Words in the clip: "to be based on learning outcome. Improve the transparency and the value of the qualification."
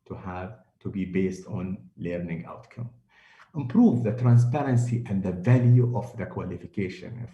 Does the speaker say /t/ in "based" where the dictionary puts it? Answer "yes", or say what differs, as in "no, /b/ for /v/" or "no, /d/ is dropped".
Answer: yes